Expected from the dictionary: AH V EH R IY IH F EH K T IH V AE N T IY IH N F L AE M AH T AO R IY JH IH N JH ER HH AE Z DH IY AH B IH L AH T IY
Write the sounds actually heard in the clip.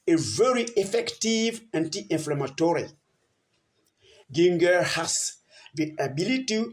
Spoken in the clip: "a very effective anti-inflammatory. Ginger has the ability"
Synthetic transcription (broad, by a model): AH V EH R IY IH F EH K T IH V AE N T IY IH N F L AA M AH T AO R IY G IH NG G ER HH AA S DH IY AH B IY L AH T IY